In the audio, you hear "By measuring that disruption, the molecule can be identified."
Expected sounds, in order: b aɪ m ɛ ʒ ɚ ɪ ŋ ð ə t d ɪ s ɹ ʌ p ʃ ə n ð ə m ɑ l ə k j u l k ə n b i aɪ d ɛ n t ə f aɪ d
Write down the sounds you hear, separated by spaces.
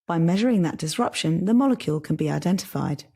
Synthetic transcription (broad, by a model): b aɪ m ɛ ʒ ɚ ɪ ŋ ð ə t d ɪ s ɹ ʌ p ʃ ə n ð ə m ɑ l ə k j u l k ə n b i aɪ d ɛ n t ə f aɪ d